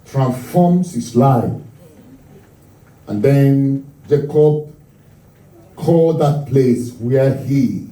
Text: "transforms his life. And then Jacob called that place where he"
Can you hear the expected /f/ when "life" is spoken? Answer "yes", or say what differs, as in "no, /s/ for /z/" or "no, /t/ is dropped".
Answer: no, /f/ is dropped